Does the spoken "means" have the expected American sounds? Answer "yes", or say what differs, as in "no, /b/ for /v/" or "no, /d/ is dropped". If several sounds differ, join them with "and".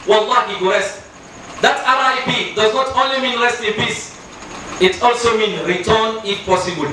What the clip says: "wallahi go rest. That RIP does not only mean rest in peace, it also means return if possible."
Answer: no, /z/ is dropped